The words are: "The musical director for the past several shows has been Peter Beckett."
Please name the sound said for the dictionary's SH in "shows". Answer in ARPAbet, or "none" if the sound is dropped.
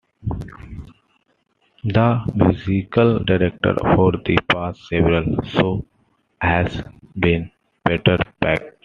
S